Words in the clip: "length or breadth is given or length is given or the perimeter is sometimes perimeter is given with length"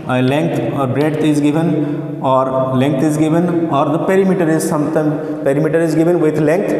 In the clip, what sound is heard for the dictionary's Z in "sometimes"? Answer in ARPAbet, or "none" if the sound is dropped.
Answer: none